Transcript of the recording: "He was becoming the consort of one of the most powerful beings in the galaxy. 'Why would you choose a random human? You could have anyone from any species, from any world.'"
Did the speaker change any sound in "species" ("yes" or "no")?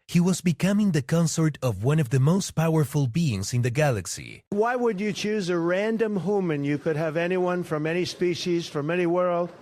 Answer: no